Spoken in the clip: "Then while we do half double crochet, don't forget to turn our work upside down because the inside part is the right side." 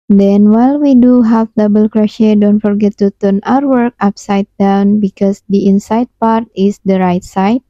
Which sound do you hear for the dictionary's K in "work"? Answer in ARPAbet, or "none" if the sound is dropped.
K